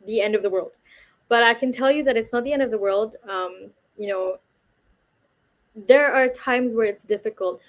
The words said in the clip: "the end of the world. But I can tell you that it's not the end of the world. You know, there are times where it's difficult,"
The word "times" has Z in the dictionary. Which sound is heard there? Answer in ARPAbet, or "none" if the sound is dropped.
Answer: Z